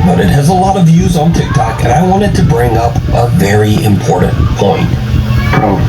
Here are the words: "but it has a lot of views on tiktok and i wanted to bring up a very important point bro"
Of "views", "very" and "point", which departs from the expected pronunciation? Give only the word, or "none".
none